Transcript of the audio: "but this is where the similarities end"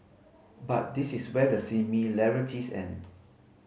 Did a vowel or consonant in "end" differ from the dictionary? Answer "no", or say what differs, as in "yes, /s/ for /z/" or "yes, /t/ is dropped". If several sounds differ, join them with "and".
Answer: yes, /d/ is dropped